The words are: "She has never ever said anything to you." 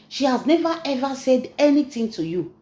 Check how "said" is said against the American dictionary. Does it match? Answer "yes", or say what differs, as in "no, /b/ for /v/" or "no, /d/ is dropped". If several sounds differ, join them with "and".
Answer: yes